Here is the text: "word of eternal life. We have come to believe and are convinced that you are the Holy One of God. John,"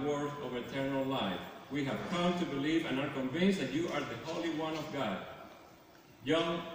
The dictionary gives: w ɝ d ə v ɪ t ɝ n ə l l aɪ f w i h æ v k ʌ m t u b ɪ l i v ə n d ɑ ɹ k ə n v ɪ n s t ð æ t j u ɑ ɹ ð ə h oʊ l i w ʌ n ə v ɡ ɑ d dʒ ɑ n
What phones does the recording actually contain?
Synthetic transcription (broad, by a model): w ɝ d ə v ɪ t ɝ n ə l l aɪ f w i h æ v k ʌ m t u b ɪ l i v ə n ɑ ɹ k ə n v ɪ n s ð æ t j u ɑ ɹ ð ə h oʊ l i w ʌ n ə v ɡ ɑ d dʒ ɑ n